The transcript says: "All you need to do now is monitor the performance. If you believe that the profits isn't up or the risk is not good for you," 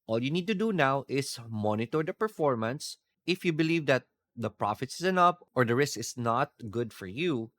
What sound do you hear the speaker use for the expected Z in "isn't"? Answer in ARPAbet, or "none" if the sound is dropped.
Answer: S